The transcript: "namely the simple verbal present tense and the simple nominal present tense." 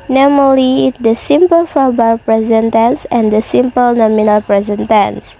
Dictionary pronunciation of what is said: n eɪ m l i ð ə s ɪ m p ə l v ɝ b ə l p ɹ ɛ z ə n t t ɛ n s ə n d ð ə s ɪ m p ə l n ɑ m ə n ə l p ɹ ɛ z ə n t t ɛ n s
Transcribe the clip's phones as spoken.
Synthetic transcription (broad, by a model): n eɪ m l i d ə s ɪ m p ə l f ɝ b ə p ɹ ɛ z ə n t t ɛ n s ə n d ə s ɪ m p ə l n ɑ m ə n ə l p ɹ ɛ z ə n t t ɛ n s